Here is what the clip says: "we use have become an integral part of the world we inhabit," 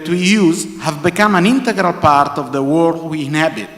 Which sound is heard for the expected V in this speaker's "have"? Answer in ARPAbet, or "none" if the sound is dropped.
V